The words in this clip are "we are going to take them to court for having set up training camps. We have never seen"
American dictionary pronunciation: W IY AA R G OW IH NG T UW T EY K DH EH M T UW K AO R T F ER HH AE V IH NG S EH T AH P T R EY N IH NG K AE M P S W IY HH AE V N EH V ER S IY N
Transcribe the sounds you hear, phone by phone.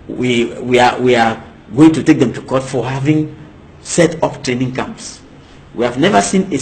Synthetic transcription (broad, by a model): W IY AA W G OW IH NG T UW T EY K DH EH M T UW K AO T F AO HH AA V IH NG S EH T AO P T R EY N IH NG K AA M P S W IY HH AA V N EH V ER S IY N